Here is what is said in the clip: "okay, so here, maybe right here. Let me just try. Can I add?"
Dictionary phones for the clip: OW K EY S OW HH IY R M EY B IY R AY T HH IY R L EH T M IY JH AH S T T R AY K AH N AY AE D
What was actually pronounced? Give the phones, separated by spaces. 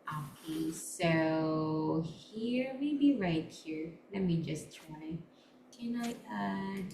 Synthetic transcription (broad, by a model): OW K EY S OW HH IY R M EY B IY R AY T HH IY R L EH T M IY JH AH S T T AY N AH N AY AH